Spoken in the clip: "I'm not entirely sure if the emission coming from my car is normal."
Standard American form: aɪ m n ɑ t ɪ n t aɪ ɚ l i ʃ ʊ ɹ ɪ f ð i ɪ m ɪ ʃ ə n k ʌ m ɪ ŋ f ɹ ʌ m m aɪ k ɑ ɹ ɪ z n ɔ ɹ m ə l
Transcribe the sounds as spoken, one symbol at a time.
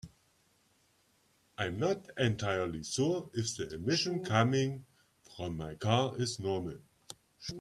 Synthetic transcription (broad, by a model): aɪ m n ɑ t ɪ n t aɪ ɚ l i s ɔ ɪ f ð i ɪ m ɪ ʃ ə n k ʌ m ɪ ŋ f ɹ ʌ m m aɪ k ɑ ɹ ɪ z n ɔ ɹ m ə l